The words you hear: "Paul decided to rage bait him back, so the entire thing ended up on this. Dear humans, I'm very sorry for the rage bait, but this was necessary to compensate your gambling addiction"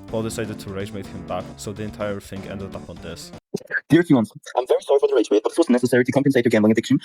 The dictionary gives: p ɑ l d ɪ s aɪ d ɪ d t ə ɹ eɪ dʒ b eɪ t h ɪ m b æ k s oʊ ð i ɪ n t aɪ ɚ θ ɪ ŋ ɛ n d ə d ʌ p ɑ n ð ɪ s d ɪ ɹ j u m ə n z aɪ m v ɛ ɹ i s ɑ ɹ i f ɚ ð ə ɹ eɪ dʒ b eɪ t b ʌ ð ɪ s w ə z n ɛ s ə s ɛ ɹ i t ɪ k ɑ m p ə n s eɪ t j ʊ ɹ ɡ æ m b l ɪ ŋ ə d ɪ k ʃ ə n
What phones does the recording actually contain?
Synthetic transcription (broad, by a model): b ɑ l d ɪ s aɪ d ɪ d t ə ɹ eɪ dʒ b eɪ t h ɪ m b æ k s oʊ ð i ɪ n t aɪ ɚ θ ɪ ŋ ɛ n d ə d ʌ p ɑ n ð ɪ s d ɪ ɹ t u ə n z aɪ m v ɛ ɹ i s ɑ ɹ i f ɚ ð ə ɹ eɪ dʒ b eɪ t b ʌ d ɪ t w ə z n ɛ s ə s ɛ ɹ i t ɪ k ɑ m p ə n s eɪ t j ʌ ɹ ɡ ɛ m l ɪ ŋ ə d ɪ k ʃ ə n